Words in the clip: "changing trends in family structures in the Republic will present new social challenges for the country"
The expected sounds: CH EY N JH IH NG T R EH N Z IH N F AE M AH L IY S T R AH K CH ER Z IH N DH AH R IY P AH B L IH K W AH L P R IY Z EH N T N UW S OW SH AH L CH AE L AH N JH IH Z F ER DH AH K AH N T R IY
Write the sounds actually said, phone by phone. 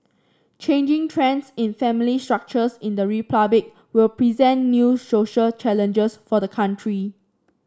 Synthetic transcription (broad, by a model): CH EY N JH IH NG T R EH N S IH N F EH M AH L IY S T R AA K CH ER S IH N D AH R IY P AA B IH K W AH L P R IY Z EH N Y UW S OW SH AH L CH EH L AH N JH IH S F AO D AH K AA N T R IY